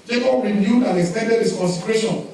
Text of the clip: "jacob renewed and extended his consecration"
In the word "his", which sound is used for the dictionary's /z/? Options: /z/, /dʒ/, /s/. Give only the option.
/s/